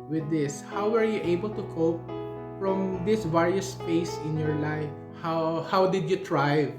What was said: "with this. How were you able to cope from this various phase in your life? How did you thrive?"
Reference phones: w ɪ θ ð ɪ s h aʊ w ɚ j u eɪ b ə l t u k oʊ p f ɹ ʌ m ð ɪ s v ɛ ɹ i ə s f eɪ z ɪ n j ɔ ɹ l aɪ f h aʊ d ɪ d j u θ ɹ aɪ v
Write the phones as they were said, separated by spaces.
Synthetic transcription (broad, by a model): w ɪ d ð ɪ s h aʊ w ɚ j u eɪ b ə l t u k oʊ p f ɹ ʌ m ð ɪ s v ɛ ɹ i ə s p eɪ s ɪ n j ɔ ɹ l aɪ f h aʊ d ɪ d j u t ɹ aɪ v